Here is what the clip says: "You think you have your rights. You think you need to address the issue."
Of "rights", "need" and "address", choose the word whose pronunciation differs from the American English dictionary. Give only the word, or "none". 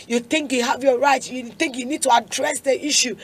rights